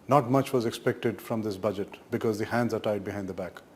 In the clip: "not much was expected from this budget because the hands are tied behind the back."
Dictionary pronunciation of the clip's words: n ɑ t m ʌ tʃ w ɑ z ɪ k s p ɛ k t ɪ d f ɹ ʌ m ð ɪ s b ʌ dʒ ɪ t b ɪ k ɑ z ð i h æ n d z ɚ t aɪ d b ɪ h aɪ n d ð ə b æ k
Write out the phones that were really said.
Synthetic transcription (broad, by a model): n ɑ t m ʌ tʃ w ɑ z ɪ k s p ɛ k t ɪ d f ɹ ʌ m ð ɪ s b ʌ dʒ ɪ t b ɪ k ɑ z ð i h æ n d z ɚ t aɪ d b ɪ h aɪ n d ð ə b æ k